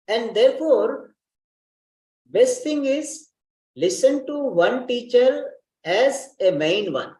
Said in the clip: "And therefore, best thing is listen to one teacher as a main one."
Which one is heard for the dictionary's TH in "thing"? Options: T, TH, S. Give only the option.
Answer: T